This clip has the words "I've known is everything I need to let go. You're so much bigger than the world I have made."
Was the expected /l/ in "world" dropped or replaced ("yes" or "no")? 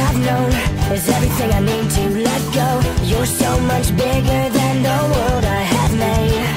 yes